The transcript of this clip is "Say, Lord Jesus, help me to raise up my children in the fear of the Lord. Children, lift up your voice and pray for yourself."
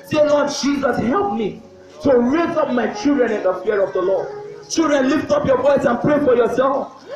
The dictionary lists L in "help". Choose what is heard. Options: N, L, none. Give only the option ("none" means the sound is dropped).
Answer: L